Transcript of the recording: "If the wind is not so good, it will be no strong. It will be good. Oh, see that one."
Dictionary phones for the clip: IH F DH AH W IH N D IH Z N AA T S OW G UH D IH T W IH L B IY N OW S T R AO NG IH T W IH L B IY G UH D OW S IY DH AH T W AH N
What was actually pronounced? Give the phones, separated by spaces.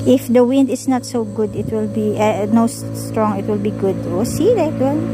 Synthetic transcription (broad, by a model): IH F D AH W IH N D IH S N AA T S OW G UH D IH T W IH L B IY N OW S T R AO NG IH T W IH L B IY G UH D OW S IY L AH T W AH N